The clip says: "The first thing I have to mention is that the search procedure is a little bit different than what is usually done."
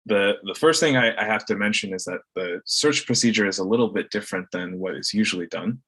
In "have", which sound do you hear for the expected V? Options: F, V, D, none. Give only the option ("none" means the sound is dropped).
F